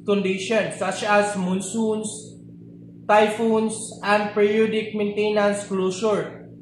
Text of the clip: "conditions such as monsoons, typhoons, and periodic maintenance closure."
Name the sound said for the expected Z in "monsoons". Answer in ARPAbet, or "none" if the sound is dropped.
S